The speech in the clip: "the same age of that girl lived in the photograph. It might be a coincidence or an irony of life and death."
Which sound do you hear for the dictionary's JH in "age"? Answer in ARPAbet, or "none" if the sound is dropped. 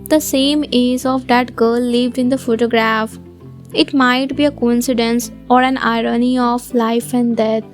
Z